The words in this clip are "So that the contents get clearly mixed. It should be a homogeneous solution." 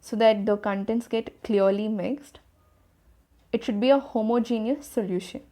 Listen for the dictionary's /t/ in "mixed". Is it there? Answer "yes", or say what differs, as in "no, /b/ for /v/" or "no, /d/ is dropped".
yes